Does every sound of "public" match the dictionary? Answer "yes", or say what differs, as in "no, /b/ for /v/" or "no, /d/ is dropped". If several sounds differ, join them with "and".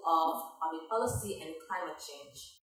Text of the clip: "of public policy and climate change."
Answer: no, /l/ is dropped